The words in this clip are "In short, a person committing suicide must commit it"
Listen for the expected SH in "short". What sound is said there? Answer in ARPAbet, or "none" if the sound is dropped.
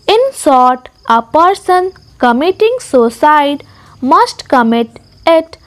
S